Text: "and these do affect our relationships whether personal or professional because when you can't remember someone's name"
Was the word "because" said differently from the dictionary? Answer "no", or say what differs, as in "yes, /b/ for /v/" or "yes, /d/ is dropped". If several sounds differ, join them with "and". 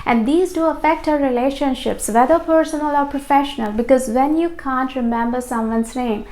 no